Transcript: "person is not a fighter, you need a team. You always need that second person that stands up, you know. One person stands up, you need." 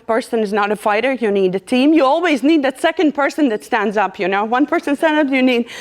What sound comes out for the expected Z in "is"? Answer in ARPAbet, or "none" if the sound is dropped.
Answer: Z